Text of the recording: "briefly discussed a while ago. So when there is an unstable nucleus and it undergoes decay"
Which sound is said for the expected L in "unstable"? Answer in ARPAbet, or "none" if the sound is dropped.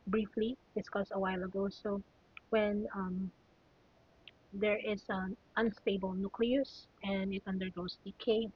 L